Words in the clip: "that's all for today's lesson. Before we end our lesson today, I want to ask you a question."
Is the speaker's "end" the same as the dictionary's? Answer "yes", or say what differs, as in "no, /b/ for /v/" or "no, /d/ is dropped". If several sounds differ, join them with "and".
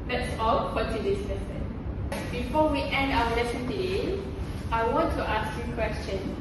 yes